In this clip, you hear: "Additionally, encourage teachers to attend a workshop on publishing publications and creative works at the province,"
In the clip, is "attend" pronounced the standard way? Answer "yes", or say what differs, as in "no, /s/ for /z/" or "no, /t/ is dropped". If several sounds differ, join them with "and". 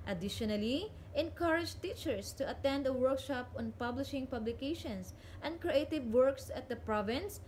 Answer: yes